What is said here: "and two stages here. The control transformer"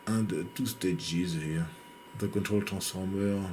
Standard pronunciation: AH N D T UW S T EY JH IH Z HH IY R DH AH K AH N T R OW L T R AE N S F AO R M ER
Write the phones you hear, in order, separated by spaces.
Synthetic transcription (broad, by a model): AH N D T UW S T EY JH IH Z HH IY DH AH K AH N T R OW L T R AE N S F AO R M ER